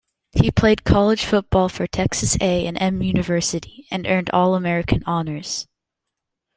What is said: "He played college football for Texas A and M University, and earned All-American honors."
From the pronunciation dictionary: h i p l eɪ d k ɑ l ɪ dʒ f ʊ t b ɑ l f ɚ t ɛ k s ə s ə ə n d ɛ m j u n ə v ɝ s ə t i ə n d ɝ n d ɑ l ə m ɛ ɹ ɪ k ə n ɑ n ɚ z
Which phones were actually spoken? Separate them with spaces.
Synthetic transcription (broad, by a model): h i p l eɪ d k ɑ l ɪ ʒ f ʊ t b ɑ l f ɚ t ɛ k s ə s ə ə n ɛ m j u n ə v ɝ s ə t i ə n ɝ n d ɑ l ə m ɛ ɹ ɪ k ə n ɑ n ɚ z